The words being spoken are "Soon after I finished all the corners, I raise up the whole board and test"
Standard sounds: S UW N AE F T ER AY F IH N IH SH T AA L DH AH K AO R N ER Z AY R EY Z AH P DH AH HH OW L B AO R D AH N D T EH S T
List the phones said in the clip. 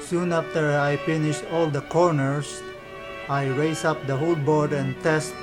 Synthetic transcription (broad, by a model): S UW N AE F T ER AY F IH N IH SH T AA L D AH K AO R N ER S AY R EY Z AH P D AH HH OW L B AO R D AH N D T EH S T